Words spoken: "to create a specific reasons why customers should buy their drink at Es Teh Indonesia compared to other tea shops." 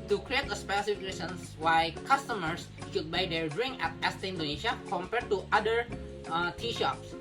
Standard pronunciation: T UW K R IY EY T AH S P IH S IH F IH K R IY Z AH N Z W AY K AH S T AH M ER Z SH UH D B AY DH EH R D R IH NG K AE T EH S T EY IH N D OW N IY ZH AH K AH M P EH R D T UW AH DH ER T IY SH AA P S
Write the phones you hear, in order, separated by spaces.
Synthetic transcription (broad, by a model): T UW K R IY EY T AH S P IH S IH F IH K R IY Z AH N S W AY K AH S T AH M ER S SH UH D B AY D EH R D R IH NG K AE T EH S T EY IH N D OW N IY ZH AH K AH M P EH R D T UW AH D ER T IY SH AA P S